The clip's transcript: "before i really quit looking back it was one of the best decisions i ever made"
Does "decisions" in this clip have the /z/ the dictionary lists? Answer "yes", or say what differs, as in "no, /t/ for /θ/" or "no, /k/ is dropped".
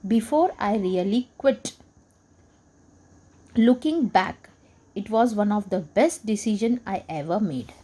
no, /z/ is dropped